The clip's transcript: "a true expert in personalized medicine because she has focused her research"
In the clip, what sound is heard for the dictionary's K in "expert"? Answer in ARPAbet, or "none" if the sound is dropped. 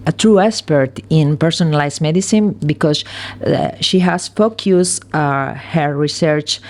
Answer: none